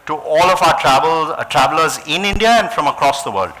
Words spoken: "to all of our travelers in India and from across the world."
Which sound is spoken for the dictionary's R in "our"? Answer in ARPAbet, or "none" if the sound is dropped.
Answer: L